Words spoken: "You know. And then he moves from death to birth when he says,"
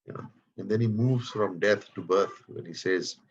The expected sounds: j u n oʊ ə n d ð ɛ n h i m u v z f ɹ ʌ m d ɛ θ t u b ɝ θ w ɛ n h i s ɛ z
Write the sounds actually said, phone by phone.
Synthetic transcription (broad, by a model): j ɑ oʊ ə n d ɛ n h i m u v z f ɹ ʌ m d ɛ t t u b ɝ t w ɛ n h i s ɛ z